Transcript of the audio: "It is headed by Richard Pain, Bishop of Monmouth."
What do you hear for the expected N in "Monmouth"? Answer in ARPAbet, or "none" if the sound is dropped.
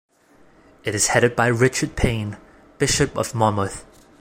none